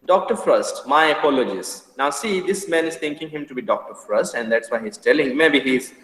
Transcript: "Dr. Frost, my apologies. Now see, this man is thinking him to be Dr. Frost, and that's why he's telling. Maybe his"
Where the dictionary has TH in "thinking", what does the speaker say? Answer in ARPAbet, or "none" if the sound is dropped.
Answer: T